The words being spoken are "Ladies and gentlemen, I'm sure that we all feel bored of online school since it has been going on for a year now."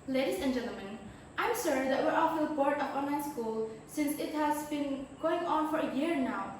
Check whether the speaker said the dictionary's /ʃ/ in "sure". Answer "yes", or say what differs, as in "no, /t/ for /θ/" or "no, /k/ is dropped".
no, /s/ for /ʃ/